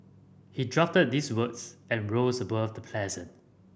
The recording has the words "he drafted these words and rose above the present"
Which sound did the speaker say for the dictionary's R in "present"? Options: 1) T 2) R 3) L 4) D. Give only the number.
3